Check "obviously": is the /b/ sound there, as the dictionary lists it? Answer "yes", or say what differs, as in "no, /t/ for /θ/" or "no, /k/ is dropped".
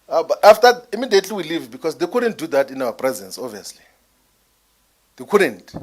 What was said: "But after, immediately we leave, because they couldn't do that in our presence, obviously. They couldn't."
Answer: no, /b/ is dropped